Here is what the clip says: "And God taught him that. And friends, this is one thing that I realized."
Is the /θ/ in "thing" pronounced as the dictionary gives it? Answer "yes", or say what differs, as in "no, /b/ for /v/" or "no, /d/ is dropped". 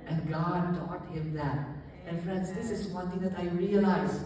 no, /t/ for /θ/